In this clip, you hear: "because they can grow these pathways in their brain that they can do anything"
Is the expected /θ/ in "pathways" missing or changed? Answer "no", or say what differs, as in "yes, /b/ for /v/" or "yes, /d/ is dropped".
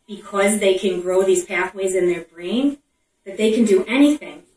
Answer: no